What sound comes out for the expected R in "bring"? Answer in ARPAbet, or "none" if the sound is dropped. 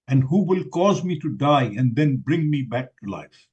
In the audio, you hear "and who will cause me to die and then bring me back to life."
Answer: R